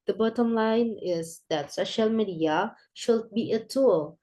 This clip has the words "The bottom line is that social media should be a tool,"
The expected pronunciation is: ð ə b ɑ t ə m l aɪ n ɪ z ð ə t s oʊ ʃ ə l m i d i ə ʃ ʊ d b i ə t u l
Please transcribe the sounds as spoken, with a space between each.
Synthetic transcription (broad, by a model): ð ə b ɑ t ə m l aɪ n ɪ z ð ə t s oʊ ʃ ə l m i d i ə ʃ ʊ d b i ə t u l